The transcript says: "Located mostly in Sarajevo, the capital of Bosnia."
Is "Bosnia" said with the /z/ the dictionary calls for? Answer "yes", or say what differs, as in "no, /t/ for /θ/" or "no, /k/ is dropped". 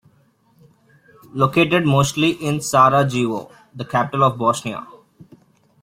no, /s/ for /z/